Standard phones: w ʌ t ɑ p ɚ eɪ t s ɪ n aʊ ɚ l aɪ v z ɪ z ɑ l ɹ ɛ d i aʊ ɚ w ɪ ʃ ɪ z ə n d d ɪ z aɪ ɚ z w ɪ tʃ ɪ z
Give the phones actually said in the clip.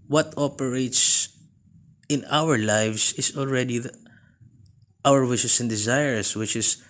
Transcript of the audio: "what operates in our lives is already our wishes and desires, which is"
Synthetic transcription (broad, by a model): w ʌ t ɑ p ɚ eɪ t s ɪ n aʊ ɚ l aɪ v s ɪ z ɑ l ɹ ɛ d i aʊ ɚ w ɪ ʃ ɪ s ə n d d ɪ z aɪ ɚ s w ɪ tʃ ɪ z